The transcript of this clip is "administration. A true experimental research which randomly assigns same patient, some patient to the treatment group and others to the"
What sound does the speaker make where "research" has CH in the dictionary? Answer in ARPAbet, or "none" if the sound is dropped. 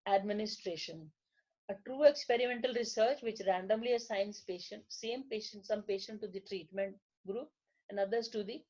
CH